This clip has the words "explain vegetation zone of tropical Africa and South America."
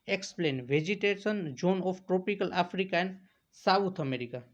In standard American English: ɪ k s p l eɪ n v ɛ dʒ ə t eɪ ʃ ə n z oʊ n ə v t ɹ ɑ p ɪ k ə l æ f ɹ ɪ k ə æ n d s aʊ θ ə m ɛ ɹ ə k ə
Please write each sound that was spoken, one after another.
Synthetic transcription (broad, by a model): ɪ k s p l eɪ n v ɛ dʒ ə t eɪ s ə n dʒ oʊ n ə f t ɹ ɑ p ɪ k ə l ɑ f ɹ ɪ k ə n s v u t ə m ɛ ɹ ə k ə